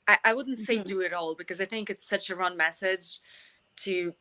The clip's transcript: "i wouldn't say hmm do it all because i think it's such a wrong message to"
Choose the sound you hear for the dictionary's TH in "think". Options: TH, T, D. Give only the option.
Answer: TH